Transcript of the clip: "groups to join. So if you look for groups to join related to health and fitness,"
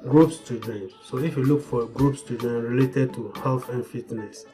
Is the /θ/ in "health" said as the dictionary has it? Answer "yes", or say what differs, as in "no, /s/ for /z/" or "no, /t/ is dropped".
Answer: no, /f/ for /θ/